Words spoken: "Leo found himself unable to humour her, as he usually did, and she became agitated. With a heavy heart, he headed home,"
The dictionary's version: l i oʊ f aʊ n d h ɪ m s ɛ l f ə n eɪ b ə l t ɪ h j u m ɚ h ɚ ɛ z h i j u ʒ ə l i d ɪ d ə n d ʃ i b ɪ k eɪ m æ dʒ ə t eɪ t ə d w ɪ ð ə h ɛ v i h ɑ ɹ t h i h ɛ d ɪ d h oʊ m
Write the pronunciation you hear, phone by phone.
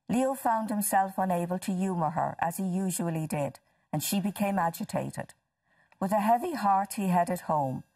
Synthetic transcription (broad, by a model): l i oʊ f aʊ n d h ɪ m s ɛ l f ə n eɪ b ə l t ɪ j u m ɚ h ɚ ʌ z i j u ʒ ə l i d ɪ d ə n ʃ i b ɪ k eɪ m æ dʒ ə t eɪ t ə d w ɪ ð ə h ɛ v i h ɑ ɹ t h i h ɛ d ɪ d h oʊ m